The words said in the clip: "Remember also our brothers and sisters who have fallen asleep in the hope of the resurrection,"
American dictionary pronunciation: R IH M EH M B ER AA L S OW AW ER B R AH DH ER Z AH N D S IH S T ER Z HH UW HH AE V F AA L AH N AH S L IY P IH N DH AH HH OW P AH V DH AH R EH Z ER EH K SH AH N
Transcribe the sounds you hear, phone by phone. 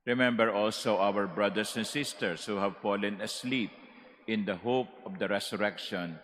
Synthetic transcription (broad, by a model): R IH M EH M B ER AA L S OW AW ER B R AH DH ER S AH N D S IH S T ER S HH UW HH AE V F AA L AH N AH S L IY P IH N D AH HH OW P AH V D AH R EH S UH EH K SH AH N